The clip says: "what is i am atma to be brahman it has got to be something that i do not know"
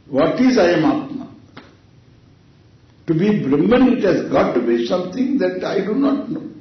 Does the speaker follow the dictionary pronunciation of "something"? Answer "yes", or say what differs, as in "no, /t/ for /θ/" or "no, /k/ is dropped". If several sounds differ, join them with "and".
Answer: no, /t/ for /θ/